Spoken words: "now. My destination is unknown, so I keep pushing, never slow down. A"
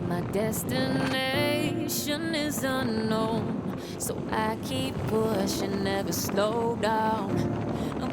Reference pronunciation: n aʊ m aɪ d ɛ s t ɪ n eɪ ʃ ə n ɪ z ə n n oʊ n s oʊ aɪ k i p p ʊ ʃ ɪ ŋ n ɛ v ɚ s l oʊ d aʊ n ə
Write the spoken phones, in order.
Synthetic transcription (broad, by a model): m aɪ d ɛ s t ɪ n eɪ ʃ ə n ɪ z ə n n oʊ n s oʊ aɪ k i p b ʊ ʃ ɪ n ɛ v ɚ s l oʊ d aʊ n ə